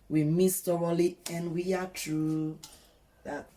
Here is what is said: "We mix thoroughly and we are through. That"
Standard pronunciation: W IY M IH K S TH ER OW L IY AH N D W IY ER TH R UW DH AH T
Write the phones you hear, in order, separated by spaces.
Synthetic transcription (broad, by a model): W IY M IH S T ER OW L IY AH N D W IY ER T R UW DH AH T